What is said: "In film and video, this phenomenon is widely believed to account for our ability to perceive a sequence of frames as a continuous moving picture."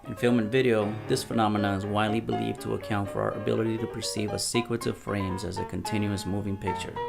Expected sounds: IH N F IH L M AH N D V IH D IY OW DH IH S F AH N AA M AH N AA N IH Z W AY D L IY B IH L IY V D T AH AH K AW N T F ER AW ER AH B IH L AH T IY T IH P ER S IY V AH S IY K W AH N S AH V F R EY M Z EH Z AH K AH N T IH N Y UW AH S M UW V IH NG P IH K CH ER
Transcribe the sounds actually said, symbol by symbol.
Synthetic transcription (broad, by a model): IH N F IH L M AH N V IH D IY OW DH IH S F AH N AA M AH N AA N IH Z W AY D L IY B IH L IY V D T AH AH K AW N T F ER AW ER AH B IH L AH T IY T IH P ER S IY V AH S IY K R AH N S AH V F R EY M Z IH Z AH K AH N T IH N Y UW AH S M UW V IH NG P IH K CH ER